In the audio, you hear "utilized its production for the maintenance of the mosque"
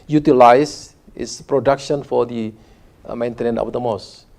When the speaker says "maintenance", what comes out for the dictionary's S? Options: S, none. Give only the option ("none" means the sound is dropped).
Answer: none